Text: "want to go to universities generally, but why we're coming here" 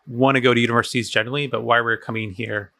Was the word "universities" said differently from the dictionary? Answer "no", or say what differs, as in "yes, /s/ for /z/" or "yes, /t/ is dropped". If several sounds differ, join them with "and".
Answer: no